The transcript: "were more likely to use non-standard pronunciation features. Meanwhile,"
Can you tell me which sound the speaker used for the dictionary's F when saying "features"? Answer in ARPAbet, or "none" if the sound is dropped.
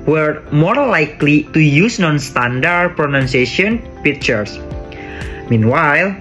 P